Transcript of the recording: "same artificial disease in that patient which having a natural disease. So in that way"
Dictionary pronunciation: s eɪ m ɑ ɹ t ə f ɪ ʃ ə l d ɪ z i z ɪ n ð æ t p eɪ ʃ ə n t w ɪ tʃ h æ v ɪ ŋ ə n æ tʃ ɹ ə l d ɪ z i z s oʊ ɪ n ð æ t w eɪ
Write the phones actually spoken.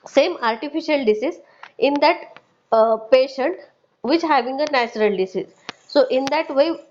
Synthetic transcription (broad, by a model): s eɪ m ɑ ɹ t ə f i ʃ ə l d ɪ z i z ɪ n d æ t p eɪ ʃ ə n t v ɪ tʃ h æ v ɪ ŋ ə n æ tʃ ɹ ə l d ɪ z i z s oʊ ɪ n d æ t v eɪ